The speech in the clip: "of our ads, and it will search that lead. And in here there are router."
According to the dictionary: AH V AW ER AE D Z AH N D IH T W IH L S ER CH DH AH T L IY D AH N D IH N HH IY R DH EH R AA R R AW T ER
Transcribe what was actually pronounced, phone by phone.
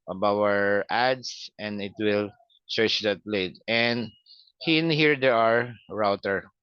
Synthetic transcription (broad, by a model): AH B AW ER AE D S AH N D IH T W IH L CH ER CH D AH T L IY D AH N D IH N HH IY R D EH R AA R R AW T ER